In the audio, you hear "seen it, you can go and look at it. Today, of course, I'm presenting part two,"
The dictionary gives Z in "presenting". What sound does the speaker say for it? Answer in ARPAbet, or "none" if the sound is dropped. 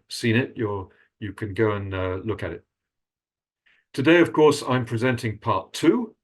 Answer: Z